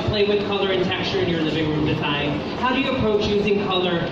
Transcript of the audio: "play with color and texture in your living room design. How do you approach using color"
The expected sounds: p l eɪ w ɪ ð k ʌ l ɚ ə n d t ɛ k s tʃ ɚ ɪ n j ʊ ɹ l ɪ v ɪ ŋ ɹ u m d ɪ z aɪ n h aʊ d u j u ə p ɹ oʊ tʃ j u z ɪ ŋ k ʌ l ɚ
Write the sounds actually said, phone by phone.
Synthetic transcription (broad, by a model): p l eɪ w ɪ ð k ʌ l ɚ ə n t ɛ k s tʃ ɚ ɪ n j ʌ ɹ l ɪ v ɪ ŋ ɹ u m d ɪ z aɪ n h aʊ d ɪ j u ə p ɹ oʊ tʃ j u z ɪ ŋ k ʌ l ɚ